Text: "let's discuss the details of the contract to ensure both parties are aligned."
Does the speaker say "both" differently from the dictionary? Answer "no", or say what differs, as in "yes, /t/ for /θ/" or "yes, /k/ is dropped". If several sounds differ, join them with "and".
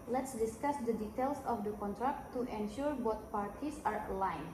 yes, /t/ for /θ/